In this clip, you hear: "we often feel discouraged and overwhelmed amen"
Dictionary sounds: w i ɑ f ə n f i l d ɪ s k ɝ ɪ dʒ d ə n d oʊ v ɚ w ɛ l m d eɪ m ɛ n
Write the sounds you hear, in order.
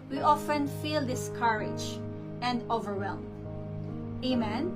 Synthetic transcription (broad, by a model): w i ɑ f ə n f i l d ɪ s k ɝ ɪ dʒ ə n d oʊ v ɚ w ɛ l m eɪ m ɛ n